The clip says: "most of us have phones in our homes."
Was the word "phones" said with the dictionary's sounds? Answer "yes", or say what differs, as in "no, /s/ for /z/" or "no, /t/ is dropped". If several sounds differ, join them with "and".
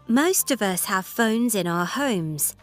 yes